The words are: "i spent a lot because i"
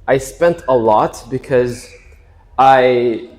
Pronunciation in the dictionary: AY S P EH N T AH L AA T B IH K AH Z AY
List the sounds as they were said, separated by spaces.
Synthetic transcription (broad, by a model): AY S P EH N T AH L AA T B IH K AH Z AY